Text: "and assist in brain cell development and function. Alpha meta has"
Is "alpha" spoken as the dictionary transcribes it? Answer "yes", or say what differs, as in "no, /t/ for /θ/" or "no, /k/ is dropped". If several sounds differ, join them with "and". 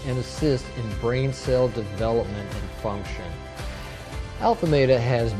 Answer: yes